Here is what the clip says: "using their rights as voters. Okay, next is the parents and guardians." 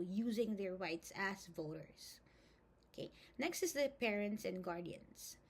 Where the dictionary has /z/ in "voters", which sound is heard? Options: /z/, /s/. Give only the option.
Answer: /s/